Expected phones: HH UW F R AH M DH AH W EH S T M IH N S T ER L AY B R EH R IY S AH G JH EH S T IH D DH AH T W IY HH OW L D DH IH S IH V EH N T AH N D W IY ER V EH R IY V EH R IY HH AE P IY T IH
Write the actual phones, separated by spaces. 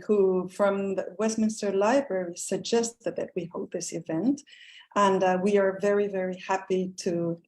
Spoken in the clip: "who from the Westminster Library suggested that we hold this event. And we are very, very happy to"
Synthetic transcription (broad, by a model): HH UW F R AH M DH AH W EH S T M IH N S T ER L AY B R EH R IY S AH G JH EH S T IH D DH AH T W IY HH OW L DH IH S IH V EH N T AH N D W IY ER V EH R IY V EH R IY HH AE P IY T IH